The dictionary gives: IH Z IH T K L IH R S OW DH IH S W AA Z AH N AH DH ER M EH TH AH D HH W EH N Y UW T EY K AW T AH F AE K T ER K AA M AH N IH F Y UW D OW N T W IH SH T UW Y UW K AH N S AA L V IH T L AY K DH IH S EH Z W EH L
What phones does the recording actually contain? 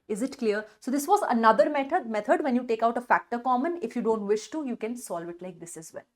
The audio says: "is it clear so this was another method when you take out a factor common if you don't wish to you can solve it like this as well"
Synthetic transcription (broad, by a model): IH Z IH T K L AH R S OW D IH S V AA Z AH N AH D ER M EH T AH D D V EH N Y UW T EY K AW T AH F AE K T ER K AA M AH N IH F Y UW D OW N T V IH SH T UW Y UW K AH N S AA L V IH T L AY K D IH S EH Z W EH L